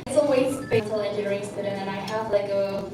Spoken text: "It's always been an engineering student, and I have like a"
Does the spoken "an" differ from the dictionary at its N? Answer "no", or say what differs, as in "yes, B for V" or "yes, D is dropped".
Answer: yes, L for N